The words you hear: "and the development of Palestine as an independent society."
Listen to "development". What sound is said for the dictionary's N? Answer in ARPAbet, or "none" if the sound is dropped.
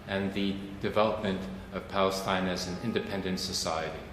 N